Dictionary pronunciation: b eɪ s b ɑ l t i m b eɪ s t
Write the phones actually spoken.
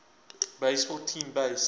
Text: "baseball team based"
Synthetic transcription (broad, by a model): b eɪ s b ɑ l t i m b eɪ s